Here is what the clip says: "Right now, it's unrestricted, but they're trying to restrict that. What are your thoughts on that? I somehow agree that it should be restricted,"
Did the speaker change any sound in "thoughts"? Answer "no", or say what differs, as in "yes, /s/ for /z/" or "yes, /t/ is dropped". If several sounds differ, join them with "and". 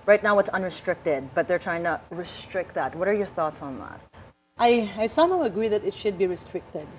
no